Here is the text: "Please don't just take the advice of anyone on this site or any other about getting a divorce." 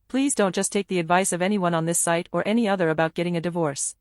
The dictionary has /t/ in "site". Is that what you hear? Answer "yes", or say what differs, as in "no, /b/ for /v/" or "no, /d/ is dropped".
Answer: yes